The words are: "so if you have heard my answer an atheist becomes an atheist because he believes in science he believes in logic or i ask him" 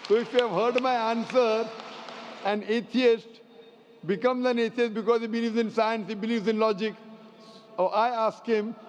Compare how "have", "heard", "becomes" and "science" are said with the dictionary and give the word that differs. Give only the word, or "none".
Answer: none